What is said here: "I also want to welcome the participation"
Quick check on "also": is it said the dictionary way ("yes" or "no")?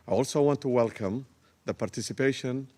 yes